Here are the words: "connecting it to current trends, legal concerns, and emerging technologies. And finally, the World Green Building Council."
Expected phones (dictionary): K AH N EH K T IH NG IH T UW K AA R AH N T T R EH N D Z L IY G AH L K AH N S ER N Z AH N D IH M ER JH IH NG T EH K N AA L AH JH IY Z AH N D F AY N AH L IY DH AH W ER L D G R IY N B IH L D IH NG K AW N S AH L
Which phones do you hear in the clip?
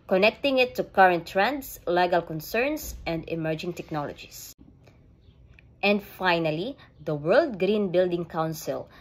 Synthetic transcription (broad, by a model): K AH N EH K T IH NG IH T UW K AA R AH N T T R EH N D S L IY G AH L K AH N S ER N S AH N D IH M ER JH IH NG T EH K N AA L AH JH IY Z AH N D F AY N AH L IY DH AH W ER L D G R IY N B IH L D IH NG K AW N S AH L